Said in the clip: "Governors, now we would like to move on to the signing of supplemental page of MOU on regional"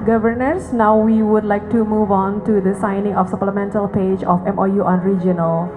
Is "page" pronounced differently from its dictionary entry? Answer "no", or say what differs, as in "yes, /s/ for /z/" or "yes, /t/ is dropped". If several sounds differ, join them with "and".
no